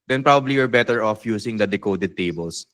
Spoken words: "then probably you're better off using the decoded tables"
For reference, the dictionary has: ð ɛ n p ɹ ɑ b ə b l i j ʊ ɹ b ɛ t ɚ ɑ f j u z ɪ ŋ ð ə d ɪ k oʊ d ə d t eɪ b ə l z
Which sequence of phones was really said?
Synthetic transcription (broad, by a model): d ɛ n p ɹ ɑ b ə b l i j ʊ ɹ b ɛ t ɚ ɑ f j u s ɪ ŋ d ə d ɪ k oʊ d ə d t eɪ b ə l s